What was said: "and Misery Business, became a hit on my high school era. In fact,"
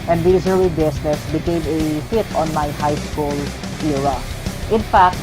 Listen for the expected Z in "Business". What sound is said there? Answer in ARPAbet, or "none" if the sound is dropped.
S